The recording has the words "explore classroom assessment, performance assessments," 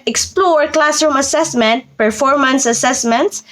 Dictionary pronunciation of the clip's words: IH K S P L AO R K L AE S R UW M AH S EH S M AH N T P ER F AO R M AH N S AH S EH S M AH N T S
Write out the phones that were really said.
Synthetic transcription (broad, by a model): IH K S P L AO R K L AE S R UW M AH S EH S M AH N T P ER F AO R M AH N S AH S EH S M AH N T S